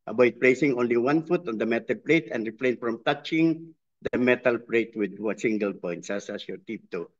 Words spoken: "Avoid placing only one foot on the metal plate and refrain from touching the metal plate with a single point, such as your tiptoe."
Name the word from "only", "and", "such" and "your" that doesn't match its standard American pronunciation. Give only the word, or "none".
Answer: such